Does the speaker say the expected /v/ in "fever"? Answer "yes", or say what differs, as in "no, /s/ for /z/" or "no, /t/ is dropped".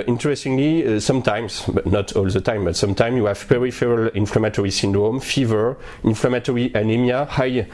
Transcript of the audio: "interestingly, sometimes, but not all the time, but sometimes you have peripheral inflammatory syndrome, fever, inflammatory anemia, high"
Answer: yes